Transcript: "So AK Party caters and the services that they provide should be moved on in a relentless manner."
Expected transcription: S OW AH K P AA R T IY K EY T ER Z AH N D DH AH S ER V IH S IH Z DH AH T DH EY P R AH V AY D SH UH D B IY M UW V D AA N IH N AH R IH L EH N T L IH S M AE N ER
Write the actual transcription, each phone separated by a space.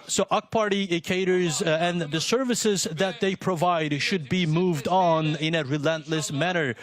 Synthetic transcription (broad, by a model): S OW AH K P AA R T IY K EY T ER Z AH N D DH AH S ER V IH S IH Z DH AH T DH EY P R AH V AY D SH UH D B IY M UW V D N IH N AH R IH L EH N T L IH S M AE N ER